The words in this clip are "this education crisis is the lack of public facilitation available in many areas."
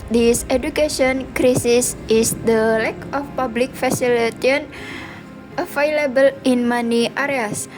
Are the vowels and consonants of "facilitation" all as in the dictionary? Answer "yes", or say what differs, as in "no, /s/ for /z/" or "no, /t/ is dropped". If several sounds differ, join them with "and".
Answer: no, /ʃ/ is dropped